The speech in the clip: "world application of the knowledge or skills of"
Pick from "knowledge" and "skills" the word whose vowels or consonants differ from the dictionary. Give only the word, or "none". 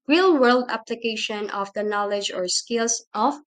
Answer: skills